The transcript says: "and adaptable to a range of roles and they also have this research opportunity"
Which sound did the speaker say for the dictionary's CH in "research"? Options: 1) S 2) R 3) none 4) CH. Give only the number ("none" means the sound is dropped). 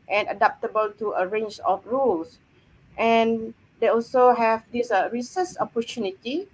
1